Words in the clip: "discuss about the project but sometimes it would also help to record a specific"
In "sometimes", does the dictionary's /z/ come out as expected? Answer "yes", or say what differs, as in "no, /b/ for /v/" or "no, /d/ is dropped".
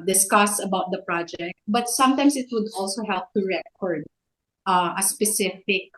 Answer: no, /s/ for /z/